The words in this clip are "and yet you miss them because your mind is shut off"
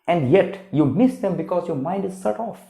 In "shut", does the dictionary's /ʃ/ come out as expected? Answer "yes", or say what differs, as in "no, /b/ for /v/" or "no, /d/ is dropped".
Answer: no, /s/ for /ʃ/